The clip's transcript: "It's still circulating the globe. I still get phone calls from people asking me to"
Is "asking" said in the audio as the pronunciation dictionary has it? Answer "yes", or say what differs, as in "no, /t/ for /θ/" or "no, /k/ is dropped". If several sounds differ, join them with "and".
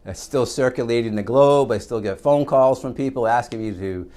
yes